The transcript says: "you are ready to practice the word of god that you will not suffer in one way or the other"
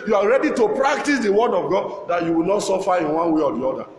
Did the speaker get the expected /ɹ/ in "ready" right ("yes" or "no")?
yes